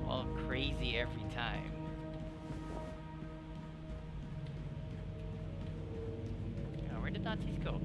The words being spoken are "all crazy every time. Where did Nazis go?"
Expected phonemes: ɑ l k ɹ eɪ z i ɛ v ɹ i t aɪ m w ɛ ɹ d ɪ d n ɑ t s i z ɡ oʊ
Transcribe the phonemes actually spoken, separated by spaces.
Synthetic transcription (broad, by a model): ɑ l k ɹ eɪ z i ɛ v ɹ i t aɪ m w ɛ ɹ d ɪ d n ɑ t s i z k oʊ